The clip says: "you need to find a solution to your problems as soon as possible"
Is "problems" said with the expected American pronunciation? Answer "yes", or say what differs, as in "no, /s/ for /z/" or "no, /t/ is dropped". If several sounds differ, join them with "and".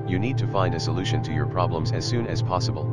yes